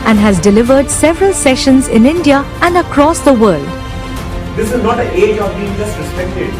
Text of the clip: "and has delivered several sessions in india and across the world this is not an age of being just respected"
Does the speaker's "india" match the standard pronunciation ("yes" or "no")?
yes